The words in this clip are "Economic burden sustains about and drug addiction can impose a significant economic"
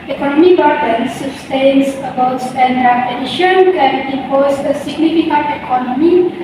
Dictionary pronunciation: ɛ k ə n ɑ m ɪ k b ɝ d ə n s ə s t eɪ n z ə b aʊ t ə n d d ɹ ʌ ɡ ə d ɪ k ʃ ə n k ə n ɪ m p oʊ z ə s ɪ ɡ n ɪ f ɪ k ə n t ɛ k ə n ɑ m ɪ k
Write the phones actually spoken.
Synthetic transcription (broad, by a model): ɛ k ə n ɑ m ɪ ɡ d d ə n s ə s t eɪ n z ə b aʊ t ə n d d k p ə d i ʃ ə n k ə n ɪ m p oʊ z ə s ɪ ɡ n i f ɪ k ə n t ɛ k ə n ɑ m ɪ